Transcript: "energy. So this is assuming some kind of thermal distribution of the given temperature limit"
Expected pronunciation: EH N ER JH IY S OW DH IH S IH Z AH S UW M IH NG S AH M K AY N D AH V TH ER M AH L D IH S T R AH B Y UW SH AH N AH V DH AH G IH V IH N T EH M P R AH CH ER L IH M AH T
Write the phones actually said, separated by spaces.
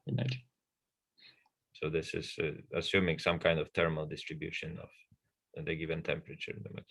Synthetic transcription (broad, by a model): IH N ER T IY S OW DH IH S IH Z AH S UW M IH NG S AH M K AY N D AH V T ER M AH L D IH S T R AH B Y UW SH AH N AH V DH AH G IH V IH N T EH M P R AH CH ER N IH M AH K